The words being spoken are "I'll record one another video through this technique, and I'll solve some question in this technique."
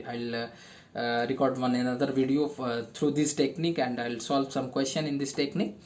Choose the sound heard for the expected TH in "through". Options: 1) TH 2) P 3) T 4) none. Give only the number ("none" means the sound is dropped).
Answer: 3